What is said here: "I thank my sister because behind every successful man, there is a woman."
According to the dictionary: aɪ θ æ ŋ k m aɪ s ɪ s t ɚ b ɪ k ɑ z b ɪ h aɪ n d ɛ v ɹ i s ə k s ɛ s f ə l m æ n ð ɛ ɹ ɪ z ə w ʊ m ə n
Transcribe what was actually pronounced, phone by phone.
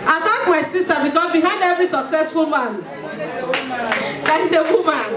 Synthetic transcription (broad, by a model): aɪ t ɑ k m aɪ s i s t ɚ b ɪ k ɑ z b ɪ h aɪ n d ɛ v ɹ i s ə k s ɛ s f ə l m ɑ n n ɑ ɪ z ə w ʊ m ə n